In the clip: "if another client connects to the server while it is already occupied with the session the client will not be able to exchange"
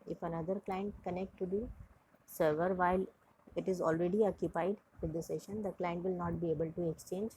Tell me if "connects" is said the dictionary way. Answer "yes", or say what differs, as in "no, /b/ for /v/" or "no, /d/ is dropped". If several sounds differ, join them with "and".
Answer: no, /s/ is dropped